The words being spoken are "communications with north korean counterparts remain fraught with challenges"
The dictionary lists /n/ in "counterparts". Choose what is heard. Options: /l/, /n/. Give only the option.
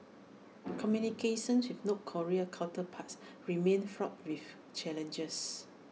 /l/